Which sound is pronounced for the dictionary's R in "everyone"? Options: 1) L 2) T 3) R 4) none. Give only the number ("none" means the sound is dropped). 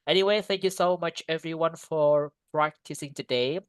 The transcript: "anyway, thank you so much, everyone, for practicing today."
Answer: 3